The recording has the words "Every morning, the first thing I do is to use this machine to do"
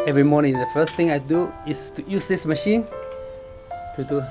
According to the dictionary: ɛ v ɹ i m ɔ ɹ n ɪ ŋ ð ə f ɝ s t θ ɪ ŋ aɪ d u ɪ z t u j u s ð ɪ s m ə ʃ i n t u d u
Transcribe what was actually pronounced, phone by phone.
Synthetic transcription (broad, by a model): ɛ v ɹ i m ɔ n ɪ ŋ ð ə f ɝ s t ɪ ŋ aɪ d u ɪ s t u j u s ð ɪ s m ə ʃ i n t u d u